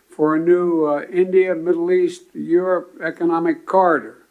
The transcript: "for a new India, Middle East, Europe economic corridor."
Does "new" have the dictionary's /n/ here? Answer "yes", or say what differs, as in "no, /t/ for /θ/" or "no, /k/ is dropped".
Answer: yes